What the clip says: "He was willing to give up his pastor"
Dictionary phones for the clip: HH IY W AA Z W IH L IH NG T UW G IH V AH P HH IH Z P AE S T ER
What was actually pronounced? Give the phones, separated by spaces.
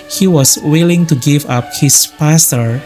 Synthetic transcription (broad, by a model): HH IY W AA S W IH L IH NG T UW G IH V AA P HH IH S P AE S T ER